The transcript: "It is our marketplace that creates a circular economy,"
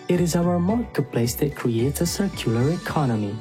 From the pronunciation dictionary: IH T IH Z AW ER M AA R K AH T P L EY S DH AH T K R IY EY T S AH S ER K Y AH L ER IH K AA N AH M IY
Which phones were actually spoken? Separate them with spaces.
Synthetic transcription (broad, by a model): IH T IH Z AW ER M AA R K AH T P L EY S DH AH T K R IY EY T S AH S ER K Y AH L ER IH K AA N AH M IY